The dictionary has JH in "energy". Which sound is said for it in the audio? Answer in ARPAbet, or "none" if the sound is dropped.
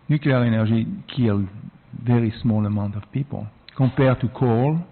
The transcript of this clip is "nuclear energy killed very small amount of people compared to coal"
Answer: ZH